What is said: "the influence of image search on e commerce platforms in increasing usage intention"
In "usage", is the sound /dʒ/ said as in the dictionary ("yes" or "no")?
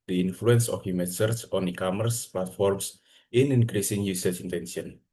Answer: no